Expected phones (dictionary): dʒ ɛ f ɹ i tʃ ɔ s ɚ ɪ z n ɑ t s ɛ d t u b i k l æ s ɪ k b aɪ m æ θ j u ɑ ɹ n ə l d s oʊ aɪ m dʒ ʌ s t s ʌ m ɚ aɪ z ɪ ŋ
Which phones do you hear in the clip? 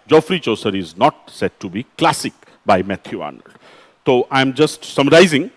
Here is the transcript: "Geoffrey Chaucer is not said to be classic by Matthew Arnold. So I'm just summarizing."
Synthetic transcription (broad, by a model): dʒ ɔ f ɹ i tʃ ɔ s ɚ ɪ z n ɑ t s ɛ d t u b i k l æ s ɪ k b aɪ m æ t j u ɑ ɹ n ə l d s oʊ aɪ m dʒ ʌ s t s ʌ m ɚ aɪ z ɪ ŋ